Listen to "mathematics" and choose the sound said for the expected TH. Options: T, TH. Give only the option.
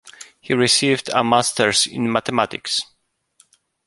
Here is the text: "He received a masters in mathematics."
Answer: T